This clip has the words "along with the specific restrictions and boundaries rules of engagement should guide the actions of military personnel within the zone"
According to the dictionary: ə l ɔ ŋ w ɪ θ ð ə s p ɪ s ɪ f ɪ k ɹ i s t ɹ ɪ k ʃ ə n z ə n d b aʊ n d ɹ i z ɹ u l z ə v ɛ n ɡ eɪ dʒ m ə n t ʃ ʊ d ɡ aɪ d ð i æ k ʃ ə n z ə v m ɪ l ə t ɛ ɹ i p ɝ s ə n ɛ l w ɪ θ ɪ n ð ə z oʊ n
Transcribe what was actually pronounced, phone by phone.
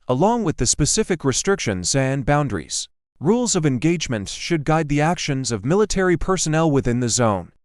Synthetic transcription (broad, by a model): ə l ɔ ŋ w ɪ ð ə s p ɪ s ɪ f ɪ k ɹ i s t ɹ ɪ k ʃ ə n z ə n b aʊ n d ɹ i z ɹ u l z ə v ɛ n ɡ eɪ dʒ m ə n t ʃ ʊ d ɡ aɪ d ð i æ k ʃ ə n z ə v m ɪ l ə t ɛ ɹ i p ɝ s ə n ɛ l w ɪ θ ɪ n ð ə z oʊ n